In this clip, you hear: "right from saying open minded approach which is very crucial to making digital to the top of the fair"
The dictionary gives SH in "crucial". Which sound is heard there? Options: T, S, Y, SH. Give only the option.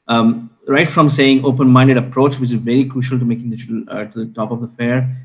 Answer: SH